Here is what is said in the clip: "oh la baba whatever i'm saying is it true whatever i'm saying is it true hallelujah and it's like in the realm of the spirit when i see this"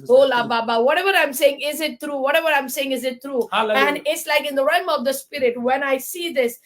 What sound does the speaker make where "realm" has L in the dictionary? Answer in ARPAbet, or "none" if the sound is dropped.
none